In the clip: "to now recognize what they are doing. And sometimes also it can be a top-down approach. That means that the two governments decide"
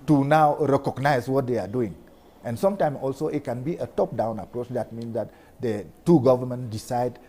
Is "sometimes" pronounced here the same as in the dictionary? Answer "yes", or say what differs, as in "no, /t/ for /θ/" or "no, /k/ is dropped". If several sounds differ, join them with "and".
no, /z/ is dropped